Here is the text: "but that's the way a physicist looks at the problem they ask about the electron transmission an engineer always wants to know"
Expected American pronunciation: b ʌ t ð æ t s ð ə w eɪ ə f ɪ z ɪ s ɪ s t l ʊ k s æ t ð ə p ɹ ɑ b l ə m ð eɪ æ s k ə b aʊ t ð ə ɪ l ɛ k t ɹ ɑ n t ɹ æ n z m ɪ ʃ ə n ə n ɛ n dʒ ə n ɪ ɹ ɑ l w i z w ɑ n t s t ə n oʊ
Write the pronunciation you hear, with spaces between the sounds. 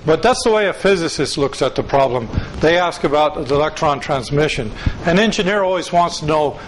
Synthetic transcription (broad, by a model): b ʌ t ð æ t s ð ə w eɪ ə f ɪ z ɪ s ɪ s t l ʊ k s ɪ t ð ə p ɹ ɑ b l ə m ð eɪ æ s k ə b aʊ t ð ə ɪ l ɛ k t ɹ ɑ n t ɹ æ n z m ɪ ʃ ə n ə n ɛ n dʒ ə n ɪ ɹ ɑ l w i z w ɑ n t s t ə n oʊ